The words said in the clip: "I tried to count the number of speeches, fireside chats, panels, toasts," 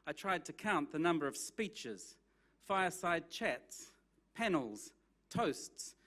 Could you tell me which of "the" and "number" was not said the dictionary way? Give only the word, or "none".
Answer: none